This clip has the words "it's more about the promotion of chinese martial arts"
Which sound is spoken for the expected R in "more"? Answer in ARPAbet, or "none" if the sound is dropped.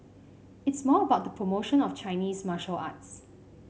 L